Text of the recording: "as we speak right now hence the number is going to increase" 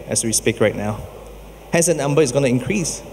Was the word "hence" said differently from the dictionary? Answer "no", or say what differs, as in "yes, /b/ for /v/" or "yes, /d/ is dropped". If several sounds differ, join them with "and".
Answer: yes, /n/ is dropped